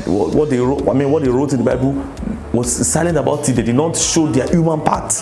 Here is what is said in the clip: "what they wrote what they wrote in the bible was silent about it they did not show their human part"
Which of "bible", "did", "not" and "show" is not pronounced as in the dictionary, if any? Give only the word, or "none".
none